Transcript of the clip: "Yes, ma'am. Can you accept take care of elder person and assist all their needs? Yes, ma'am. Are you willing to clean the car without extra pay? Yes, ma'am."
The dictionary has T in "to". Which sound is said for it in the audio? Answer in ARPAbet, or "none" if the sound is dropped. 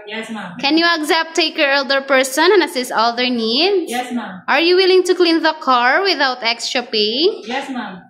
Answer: T